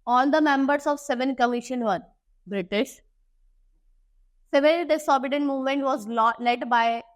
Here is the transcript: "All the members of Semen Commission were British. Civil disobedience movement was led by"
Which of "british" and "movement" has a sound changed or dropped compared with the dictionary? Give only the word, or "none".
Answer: none